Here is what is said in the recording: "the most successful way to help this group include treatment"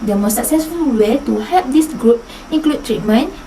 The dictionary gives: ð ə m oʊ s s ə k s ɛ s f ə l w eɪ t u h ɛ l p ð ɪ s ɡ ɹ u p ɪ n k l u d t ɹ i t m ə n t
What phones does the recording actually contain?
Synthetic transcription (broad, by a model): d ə m oʊ s s ə k s ɛ s f ə l w eɪ t u h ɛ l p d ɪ s ɡ ɹ u p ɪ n k l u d t ɹ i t m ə n